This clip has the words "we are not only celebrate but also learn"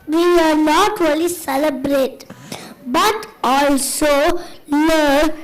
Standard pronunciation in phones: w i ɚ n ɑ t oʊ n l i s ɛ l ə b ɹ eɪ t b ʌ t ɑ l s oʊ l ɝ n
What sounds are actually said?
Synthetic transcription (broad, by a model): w i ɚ n ɑ t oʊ l i s ɛ l ə b ɹ eɪ t b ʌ t ɑ l s oʊ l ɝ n